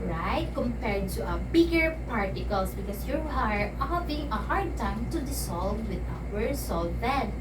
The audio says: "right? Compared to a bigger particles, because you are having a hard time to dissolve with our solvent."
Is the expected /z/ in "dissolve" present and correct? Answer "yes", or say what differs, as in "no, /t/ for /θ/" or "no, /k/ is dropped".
no, /s/ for /z/